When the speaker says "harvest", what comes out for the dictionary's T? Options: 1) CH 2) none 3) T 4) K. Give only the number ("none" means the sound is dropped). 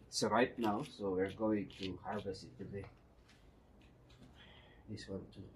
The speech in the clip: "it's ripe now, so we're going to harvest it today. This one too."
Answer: 2